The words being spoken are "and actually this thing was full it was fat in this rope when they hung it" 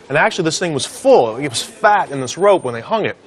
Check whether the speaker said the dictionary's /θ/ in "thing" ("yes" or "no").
yes